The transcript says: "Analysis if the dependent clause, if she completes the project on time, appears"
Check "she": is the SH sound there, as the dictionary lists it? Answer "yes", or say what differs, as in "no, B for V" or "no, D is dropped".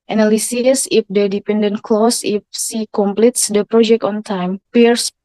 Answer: no, S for SH